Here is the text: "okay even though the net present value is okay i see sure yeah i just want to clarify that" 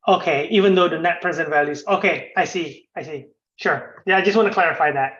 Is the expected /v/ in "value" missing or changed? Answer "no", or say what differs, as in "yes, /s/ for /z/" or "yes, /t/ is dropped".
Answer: no